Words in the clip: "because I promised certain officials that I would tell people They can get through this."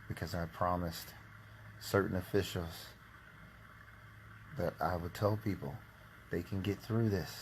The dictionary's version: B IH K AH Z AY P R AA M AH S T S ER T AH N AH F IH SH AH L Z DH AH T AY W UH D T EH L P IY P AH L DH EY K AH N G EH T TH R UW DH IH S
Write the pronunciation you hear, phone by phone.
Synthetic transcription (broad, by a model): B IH K AH Z AY P R AA M AH S T S ER T N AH F IH SH L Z DH AH T AY W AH D T EH L P IY P L DH EY K AH N G EH T TH R UW DH IH S